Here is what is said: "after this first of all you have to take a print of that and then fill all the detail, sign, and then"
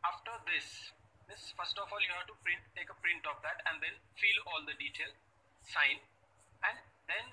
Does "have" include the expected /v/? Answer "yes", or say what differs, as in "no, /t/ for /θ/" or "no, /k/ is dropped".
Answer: no, /p/ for /v/